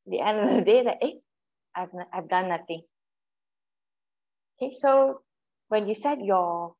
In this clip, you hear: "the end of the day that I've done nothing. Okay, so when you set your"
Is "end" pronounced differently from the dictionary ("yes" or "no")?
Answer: no